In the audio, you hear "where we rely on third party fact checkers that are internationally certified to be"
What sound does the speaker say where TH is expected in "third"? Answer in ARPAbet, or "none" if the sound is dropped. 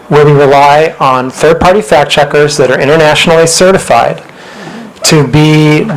TH